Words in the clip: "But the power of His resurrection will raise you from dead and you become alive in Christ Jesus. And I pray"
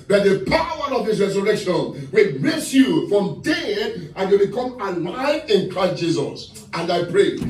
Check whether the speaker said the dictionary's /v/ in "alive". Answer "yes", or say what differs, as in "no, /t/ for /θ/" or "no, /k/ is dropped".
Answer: no, /v/ is dropped